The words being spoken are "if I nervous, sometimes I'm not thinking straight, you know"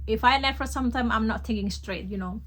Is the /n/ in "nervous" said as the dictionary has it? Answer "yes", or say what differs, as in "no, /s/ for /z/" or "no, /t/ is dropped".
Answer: no, /l/ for /n/